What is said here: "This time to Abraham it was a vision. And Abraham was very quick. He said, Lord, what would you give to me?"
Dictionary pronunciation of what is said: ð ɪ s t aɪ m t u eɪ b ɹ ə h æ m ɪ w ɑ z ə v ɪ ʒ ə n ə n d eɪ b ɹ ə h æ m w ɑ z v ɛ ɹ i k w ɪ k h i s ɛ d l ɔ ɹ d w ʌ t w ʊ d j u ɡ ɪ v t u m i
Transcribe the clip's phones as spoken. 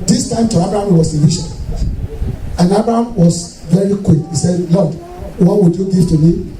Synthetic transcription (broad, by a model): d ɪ s t aɪ m t u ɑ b ɹ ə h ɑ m w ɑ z ə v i ʃ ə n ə n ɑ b ɹ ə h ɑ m w ɑ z v ɛ ɹ i k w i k h i s ɛ d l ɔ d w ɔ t w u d j u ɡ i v t u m i